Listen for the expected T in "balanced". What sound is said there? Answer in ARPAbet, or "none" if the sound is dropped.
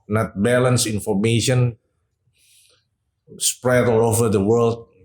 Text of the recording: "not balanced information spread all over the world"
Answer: none